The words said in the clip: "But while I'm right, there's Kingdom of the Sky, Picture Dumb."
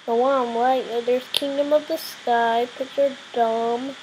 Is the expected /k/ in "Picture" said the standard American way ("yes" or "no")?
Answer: no